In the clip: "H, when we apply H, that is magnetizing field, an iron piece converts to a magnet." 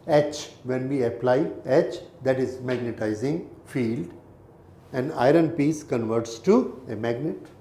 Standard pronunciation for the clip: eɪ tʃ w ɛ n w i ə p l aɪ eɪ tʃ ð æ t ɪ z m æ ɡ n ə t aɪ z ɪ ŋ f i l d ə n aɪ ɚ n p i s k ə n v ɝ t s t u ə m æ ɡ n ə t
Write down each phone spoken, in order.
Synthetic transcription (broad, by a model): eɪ tʃ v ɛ n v i ə p l aɪ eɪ tʃ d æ t ɪ z m æ ɡ n ə t aɪ z ɪ ŋ f i l d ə n aɪ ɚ n p i s k ə n v ɝ t s t u ə m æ ɡ n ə t